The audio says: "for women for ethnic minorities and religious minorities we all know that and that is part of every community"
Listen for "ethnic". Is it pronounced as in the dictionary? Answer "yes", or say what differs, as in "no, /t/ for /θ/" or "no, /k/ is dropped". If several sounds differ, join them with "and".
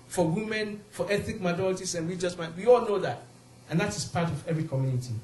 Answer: no, /n/ is dropped